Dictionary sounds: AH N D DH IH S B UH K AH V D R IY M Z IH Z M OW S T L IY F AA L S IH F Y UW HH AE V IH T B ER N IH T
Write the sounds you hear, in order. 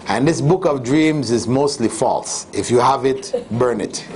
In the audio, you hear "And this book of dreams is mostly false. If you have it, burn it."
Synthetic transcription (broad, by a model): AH N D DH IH S B UH K AH V D R IY M Z IH Z M OW S T L IY F AA L S IH F Y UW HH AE V IH T B ER N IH T